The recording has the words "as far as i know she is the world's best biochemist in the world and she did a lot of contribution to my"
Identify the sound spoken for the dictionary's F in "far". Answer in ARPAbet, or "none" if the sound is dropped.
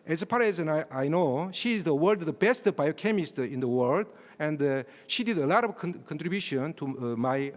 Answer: P